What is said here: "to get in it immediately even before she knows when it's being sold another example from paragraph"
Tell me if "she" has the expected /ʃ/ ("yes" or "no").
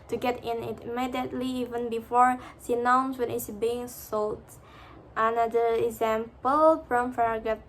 no